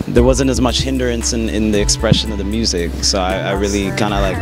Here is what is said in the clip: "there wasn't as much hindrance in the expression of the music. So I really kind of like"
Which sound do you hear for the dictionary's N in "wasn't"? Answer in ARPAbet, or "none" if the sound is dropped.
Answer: N